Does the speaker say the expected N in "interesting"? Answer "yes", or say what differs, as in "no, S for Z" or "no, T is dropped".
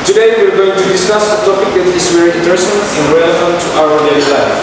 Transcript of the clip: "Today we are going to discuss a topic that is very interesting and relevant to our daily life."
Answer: no, N is dropped